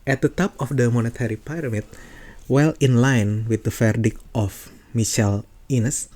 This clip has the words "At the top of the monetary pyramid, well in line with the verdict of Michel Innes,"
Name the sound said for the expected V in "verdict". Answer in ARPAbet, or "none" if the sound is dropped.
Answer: F